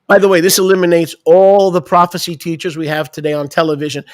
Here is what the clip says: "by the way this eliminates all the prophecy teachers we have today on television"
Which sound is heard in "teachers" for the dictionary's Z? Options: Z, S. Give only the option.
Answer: Z